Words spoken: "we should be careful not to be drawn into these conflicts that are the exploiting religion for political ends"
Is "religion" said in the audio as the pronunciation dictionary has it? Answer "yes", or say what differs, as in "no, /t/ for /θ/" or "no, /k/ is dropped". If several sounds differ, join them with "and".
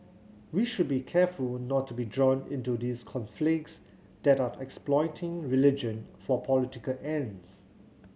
yes